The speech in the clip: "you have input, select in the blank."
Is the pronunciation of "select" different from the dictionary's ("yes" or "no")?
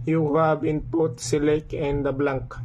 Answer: yes